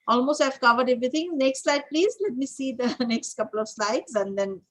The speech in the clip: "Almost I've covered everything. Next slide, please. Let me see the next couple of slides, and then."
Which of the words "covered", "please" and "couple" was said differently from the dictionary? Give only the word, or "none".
none